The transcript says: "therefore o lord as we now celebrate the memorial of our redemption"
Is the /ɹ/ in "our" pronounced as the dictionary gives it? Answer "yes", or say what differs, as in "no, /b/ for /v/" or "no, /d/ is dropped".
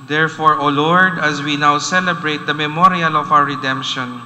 no, /w/ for /ɹ/